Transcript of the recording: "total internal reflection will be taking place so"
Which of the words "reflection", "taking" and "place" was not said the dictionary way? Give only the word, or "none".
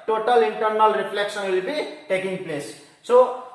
reflection